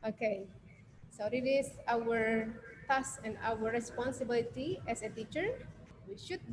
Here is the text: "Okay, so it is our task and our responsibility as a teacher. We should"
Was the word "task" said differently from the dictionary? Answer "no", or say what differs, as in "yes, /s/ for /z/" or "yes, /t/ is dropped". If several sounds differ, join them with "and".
yes, /k/ is dropped